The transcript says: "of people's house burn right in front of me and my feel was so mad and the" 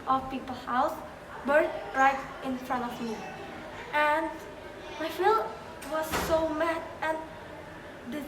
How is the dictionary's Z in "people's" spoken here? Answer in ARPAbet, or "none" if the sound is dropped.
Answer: none